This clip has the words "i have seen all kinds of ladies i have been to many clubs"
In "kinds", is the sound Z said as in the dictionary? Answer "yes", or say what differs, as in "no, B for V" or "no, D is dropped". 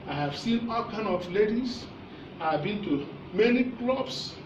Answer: no, Z is dropped